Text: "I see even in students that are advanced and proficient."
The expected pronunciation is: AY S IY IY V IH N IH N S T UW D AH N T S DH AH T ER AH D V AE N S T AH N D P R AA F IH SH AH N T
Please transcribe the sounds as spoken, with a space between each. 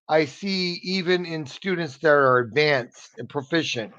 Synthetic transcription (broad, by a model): AY S IY IY V IH N IH N S T UW D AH N T S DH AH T ER AH D V AE N S T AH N P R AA F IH SH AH N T